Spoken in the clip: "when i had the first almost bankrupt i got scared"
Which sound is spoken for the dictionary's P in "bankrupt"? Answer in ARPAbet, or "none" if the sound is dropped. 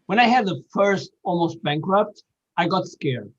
P